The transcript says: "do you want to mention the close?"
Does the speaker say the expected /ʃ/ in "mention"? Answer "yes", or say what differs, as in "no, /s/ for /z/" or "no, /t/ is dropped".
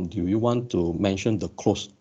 yes